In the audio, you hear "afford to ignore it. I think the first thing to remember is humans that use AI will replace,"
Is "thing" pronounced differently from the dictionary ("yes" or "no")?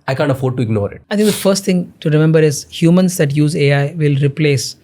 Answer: yes